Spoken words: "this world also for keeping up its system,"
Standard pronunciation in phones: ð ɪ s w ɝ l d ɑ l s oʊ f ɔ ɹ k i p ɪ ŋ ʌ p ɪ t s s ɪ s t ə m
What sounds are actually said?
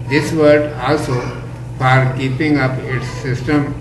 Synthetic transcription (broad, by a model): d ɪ s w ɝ d ɑ l s oʊ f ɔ ɹ k i p ɪ ŋ ʌ p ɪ t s s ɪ s t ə m